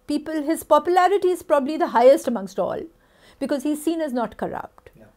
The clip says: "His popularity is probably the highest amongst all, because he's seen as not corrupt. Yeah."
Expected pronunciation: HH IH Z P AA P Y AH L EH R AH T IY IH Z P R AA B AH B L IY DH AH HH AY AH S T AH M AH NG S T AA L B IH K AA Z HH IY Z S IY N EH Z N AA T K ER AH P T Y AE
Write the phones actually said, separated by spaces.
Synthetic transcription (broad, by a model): HH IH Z P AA P Y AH L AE R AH T IY IH Z P R AA B AH B L IY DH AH HH AY AH S T AH M AH NG S T AA L B IH K AA Z HH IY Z S IY N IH Z N AA T K ER AH P T